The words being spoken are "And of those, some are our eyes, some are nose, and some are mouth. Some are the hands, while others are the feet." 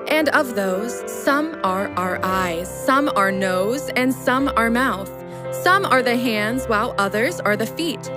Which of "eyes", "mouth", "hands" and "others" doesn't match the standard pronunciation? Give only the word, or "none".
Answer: none